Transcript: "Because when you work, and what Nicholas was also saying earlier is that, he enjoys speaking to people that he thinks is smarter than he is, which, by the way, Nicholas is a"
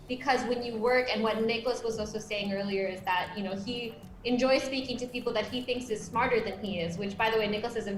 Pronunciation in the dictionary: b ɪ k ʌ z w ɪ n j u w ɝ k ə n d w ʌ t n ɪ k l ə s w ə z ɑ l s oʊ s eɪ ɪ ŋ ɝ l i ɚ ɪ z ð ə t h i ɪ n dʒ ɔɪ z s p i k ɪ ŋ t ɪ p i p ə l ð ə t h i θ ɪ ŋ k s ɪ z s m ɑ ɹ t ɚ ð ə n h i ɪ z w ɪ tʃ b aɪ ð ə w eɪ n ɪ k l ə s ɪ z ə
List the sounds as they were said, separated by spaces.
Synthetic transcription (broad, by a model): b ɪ k ʌ z w ɪ n j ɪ w ɝ k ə n w ʌ t n ɪ k l ə s w ə z ɑ l s oʊ s eɪ ɪ ŋ ɝ l i ɚ ɪ z ð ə t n i ɪ n dʒ ɔɪ z s p i k ɪ ŋ t ɪ p i p l ð ə t h i θ ɪ ŋ k s ɪ z s m ɑ ɹ t ɚ ð ə n i ɪ z w ɪ tʃ b aɪ ð ə w eɪ n ɪ k l ə s ɪ z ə